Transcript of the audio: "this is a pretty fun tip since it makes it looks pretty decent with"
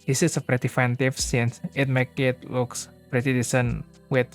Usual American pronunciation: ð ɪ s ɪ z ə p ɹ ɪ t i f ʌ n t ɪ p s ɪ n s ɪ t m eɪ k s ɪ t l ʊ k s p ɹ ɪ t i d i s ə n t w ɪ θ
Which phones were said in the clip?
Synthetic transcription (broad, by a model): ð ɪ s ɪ s ə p ɹ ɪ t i f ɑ n t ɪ f s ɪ n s ɪ t m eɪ k ɪ t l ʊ k s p ɹ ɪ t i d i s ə n w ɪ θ